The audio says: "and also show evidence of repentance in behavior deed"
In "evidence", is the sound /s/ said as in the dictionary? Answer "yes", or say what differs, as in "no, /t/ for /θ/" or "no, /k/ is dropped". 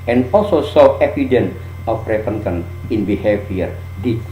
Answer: no, /s/ is dropped